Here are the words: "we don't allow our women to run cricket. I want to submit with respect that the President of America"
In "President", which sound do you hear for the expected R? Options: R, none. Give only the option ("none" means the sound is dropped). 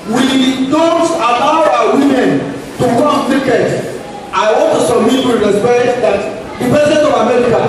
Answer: none